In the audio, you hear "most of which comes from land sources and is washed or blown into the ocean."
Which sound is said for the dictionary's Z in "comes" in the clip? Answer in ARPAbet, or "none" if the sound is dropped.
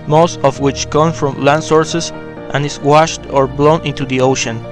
none